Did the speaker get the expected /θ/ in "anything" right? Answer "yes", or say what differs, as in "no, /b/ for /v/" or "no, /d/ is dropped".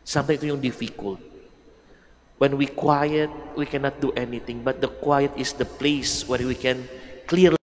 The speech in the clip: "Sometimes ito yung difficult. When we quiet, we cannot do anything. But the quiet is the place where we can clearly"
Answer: no, /t/ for /θ/